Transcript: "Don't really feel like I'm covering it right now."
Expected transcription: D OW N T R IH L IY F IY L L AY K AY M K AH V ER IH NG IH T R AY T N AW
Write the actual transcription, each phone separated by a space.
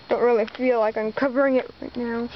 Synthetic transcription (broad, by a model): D OW N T R IH L IY F IY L L AY K AY M K AH V ER IH NG IH T R AY T N AW